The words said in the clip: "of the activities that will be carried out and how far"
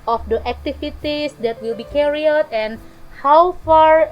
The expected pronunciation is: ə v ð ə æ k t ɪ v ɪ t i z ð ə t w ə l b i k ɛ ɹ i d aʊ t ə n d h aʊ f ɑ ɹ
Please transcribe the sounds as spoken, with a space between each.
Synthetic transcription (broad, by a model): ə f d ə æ k t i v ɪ t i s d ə t w ə l b i k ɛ ɹ i aʊ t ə n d h aʊ f ɑ ɹ